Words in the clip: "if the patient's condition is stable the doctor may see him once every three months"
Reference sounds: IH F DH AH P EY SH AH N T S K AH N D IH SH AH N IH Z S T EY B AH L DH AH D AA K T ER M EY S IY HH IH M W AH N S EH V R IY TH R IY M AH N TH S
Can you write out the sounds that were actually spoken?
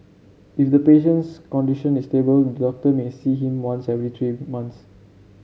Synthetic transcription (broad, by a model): IH F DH AH P EY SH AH N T S K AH N D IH SH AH N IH S T EY B AH L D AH D AA K T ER M EY S IY HH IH M W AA N S EH V R IY T R IY M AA N T S